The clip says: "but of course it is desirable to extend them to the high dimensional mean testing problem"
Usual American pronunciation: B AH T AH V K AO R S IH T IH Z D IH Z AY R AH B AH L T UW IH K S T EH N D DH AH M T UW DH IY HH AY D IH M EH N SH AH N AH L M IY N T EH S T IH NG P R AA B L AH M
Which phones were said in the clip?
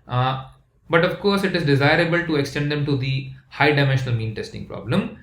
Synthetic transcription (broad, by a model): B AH T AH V K AO R S IH T IH Z D IH Z AY R AH B AH L T UW IH K S T EH N D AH M T UW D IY HH AY D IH M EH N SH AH N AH L M IY N T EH S T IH NG P R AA B L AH M